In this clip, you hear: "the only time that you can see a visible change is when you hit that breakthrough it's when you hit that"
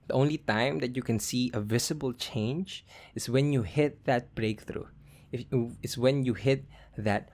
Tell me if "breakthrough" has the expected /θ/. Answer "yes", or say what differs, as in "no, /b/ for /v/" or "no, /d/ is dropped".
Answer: yes